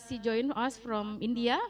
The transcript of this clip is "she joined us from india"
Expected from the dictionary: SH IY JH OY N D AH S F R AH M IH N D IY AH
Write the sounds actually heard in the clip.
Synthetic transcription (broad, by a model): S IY JH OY N AH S F R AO M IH N D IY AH